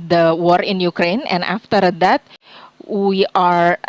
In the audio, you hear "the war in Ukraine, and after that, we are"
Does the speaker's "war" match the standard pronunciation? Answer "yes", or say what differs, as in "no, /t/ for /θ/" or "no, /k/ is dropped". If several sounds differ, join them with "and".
yes